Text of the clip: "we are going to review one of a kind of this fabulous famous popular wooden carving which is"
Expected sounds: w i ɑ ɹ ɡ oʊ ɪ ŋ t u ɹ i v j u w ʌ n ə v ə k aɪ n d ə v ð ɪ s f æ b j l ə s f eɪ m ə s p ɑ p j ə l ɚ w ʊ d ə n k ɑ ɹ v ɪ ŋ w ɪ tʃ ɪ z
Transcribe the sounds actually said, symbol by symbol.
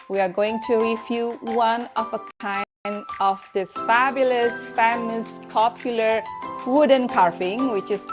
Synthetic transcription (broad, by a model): w i ɑ ɹ ɡ oʊ ɪ ŋ t u ɹ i f j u w ʌ n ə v ə k aɪ n d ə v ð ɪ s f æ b j l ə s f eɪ m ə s p ɑ p j ə l ɚ w ʊ d ə n k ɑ ɹ f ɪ ŋ w ɪ tʃ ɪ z